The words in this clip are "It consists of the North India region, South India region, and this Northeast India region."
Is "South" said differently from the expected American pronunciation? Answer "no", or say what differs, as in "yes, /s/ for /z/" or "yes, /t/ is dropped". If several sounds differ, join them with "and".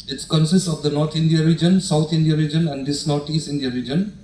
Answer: yes, /t/ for /θ/